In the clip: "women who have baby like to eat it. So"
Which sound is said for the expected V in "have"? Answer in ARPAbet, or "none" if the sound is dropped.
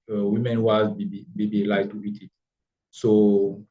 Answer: B